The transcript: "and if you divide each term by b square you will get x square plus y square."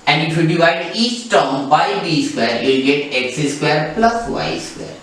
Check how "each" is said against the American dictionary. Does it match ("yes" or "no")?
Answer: no